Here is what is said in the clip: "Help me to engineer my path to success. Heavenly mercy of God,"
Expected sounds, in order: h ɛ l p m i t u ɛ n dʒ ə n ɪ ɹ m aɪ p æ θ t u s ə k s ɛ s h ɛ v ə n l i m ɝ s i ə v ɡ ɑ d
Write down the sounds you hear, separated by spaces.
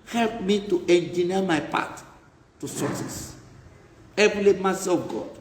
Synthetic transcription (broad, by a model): h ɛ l p m i t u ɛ n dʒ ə n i m aɪ p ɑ t t u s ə s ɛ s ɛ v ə l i m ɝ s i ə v ɡ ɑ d